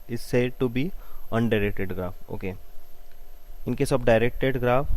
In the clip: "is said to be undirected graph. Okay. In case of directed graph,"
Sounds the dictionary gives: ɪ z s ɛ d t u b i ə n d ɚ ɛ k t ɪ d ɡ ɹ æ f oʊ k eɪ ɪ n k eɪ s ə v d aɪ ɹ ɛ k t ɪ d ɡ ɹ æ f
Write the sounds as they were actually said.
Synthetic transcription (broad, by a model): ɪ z s ɛ d t u b i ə n d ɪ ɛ k t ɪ d ɡ ɹ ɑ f oʊ k eɪ ɪ n k eɪ s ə b d aɪ ɹ ɛ k t ɪ d ɡ ɹ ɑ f